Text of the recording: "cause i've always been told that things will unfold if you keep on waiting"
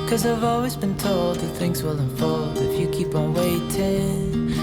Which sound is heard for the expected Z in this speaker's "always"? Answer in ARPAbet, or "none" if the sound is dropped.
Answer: Z